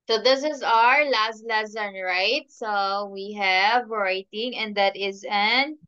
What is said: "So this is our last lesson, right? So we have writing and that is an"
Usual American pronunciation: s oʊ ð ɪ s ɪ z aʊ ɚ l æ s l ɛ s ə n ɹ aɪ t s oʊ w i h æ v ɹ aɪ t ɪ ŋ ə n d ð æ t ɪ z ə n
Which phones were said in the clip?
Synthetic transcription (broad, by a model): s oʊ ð ɪ s ɪ z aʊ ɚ l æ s l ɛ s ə n ɹ aɪ t s oʊ w i h æ v ɹ aɪ t ɪ ŋ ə n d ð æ t ɪ z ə n